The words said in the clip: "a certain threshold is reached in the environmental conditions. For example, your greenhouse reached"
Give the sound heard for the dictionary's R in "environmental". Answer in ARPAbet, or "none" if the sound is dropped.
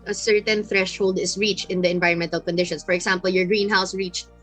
R